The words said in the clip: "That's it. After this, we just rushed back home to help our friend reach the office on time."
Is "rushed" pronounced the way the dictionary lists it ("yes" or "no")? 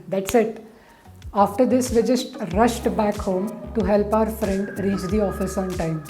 yes